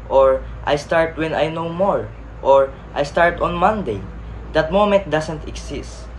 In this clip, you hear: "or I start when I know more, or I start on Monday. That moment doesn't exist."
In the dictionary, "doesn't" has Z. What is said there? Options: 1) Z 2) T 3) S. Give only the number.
3